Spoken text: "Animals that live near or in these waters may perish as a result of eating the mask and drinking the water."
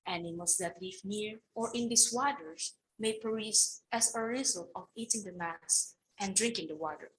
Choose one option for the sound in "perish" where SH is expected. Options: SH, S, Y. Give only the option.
S